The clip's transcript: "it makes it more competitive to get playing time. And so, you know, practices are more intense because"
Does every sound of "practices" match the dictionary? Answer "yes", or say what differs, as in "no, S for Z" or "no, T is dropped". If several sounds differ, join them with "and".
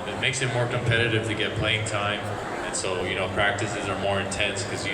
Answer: yes